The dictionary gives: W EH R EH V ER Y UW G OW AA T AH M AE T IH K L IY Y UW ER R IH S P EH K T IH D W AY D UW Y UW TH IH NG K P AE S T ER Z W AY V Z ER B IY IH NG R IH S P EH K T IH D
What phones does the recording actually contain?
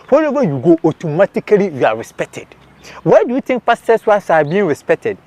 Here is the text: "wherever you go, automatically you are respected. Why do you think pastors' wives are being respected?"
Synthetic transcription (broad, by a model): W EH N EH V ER Y UW G OW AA T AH M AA T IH K L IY Y UW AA R IH S P EH K T IH D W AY D UW Y UW T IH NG K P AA S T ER S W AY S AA B IY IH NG R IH S P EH K T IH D